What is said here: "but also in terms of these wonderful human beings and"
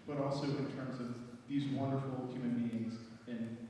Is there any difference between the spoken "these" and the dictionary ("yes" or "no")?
no